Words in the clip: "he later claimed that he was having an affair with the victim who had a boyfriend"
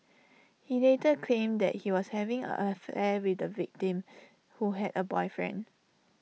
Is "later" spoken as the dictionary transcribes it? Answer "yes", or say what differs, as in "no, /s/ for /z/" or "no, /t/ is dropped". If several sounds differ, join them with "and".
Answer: no, /n/ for /l/